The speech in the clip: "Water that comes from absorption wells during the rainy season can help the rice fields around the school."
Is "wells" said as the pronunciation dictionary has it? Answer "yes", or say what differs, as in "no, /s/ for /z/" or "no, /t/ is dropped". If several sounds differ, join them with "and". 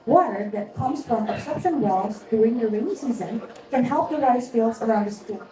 no, /l/ is dropped